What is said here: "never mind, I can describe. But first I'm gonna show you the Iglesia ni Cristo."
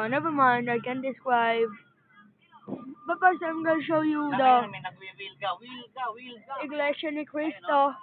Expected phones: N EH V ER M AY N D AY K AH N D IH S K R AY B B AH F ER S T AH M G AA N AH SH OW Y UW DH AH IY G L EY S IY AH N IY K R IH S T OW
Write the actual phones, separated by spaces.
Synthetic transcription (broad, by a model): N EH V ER M AY N D AY K AH N D IH S K R AY B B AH P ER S AH M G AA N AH SH OW Y UW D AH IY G L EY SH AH N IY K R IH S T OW